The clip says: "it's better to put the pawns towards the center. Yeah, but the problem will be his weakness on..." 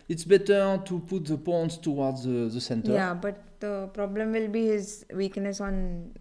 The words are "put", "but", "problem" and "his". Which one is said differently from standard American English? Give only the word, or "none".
none